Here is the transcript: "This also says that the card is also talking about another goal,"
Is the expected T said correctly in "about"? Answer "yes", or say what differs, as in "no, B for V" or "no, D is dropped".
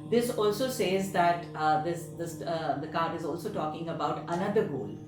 yes